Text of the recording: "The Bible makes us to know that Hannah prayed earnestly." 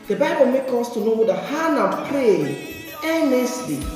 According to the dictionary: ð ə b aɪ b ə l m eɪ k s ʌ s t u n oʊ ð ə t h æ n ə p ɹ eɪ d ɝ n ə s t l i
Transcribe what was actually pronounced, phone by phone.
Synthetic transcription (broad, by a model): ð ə b aɪ b ə l m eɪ k ɔ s t u n oʊ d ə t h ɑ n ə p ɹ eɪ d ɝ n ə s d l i